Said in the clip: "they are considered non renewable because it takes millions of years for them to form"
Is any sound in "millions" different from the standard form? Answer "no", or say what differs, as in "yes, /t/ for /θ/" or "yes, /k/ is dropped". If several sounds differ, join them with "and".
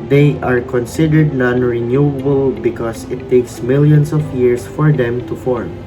yes, /s/ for /z/